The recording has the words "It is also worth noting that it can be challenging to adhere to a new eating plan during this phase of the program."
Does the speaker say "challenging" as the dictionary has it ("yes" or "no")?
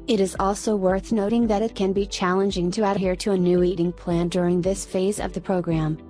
yes